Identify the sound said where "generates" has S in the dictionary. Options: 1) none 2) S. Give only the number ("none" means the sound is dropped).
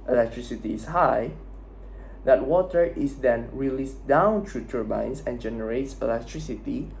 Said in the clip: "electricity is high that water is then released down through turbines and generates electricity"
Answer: 2